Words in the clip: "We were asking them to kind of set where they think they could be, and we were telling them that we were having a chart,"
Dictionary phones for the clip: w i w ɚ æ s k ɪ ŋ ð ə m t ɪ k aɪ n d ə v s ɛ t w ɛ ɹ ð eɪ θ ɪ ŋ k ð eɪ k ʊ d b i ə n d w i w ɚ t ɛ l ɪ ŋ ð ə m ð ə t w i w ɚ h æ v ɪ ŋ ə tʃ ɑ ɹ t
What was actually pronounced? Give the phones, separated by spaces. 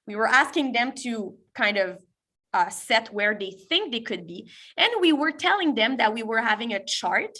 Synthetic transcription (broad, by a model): w i w ɚ æ s k ɪ ŋ ð ə m t ɪ k aɪ n d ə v s ɛ t w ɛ ɹ ð eɪ θ ɪ ŋ k ð eɪ k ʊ d b i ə n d w i w ɚ t ɛ l ɪ ŋ ð ə m ð ə t w i w ɚ h æ v ɪ ŋ ə tʃ ɑ ɹ t